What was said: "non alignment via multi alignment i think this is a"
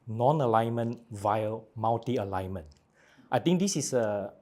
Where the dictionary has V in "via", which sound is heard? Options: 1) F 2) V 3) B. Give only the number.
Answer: 2